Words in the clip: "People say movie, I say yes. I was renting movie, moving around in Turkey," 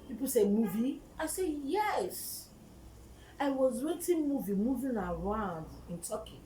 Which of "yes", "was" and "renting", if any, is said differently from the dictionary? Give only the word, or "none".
renting